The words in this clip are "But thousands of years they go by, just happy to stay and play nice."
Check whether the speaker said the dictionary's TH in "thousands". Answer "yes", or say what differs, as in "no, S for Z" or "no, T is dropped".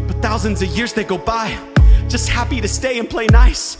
yes